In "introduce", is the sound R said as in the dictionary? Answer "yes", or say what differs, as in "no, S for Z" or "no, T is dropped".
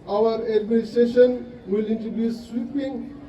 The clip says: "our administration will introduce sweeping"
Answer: no, R is dropped